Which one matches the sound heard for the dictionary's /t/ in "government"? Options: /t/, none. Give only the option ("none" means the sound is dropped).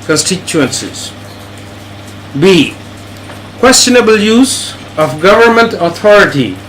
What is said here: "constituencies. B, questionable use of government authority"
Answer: /t/